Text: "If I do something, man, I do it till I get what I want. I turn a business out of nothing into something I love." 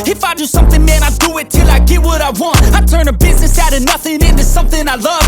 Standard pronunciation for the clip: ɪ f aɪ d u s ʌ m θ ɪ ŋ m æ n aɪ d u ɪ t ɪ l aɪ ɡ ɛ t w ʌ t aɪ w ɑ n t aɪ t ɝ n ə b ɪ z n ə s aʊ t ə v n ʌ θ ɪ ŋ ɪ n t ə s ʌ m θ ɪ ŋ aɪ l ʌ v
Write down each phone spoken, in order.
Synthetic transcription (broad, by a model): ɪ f aɪ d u s ʌ m θ ɪ ŋ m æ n aɪ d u ɪ t ɪ l aɪ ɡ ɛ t w ʌ t aɪ w ɑ n t aɪ t ɝ n ə b ɪ z n ə s aʊ t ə n ʌ θ ɪ ŋ ɪ n t ə s ʌ m θ ɪ ŋ aɪ l ʌ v